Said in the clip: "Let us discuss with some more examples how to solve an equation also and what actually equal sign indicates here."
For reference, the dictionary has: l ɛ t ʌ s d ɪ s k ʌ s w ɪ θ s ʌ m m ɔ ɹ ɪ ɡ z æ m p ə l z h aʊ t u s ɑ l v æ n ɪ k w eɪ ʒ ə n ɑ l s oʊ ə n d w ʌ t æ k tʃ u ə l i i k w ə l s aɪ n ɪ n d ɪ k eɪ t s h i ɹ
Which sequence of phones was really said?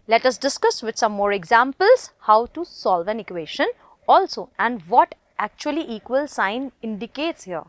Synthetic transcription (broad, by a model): l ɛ t ʌ s d ɪ s k ʌ s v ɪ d s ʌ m m ɔ ɹ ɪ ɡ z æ m p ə l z h aʊ t u s ɑ l v æ n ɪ k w eɪ ʃ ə n ɑ l s oʊ ə n d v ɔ t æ k tʃ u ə l i i k w ə l s aɪ n ɪ n d ɪ k eɪ t s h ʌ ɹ